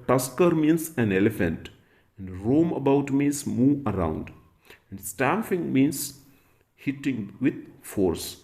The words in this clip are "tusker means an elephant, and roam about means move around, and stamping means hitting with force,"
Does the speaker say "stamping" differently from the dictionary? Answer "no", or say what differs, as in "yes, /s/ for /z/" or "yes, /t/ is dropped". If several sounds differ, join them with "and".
yes, /f/ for /p/